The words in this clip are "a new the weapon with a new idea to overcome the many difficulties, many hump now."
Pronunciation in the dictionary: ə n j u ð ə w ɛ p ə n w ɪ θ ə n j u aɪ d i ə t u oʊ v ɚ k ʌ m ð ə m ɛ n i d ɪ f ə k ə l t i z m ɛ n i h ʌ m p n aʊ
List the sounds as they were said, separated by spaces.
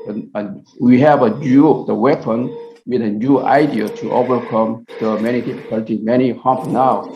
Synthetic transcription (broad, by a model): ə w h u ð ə w ɛ p ə n w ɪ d ə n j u aɪ d i ə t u oʊ v ɚ k ʌ m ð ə m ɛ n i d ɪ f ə k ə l t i m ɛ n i h ʌ m p n aʊ